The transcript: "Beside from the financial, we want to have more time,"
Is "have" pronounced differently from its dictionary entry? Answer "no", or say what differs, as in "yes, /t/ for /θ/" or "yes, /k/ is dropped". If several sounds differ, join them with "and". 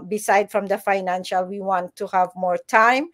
no